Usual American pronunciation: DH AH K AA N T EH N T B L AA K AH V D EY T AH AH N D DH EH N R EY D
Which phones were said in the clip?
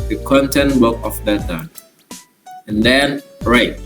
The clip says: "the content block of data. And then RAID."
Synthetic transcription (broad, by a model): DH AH K AA N T EH N T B AA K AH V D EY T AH AH N D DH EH N R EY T